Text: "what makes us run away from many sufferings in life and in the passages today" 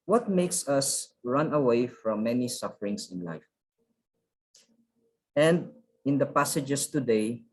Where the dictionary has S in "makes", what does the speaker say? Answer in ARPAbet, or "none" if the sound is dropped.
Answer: S